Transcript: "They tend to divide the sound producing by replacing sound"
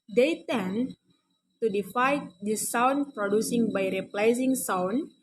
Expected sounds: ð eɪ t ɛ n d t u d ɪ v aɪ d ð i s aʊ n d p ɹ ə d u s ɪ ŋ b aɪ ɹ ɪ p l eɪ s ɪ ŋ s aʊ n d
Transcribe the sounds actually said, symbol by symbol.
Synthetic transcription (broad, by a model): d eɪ t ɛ n t u d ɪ f aɪ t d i s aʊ n p ɹ ə d u s ɪ ŋ b aɪ ɹ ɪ p l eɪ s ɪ ŋ s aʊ n